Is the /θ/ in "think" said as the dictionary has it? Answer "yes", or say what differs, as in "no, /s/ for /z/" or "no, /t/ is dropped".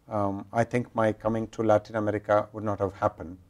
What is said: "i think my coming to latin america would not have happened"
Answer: no, /t/ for /θ/